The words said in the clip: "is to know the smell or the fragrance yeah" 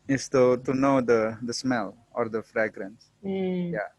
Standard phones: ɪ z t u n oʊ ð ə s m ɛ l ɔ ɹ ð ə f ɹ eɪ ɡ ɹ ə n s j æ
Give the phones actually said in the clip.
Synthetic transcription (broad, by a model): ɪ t t u n oʊ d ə s m ɛ l ɔ ɹ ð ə f ɹ eɪ ɡ ɹ ə n s j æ